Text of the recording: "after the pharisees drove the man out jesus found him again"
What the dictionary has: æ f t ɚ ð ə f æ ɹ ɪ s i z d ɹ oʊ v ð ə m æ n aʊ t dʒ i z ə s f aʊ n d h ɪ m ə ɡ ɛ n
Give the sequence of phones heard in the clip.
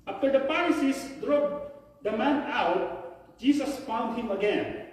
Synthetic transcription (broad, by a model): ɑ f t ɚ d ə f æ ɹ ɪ s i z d ɹ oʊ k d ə m æ n aʊ t dʒ i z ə s f aʊ n d h ɪ m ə ɡ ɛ n